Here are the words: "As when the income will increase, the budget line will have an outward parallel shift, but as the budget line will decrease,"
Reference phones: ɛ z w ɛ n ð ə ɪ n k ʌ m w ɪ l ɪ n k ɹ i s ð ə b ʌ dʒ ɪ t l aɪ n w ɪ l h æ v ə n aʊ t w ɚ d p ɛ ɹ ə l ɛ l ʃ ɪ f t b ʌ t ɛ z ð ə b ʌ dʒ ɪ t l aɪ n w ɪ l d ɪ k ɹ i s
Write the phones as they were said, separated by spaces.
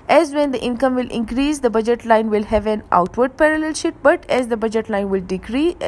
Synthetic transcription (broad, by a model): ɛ z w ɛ n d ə ɪ n k ʌ m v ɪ l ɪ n k ɹ i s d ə b ʌ dʒ ɪ t l aɪ n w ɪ l h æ v ə n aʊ t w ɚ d p ɛ ɹ ə l ɛ l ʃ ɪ t b ʌ t ɛ z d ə b ʌ dʒ ɪ t l aɪ n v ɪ l d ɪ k ɹ i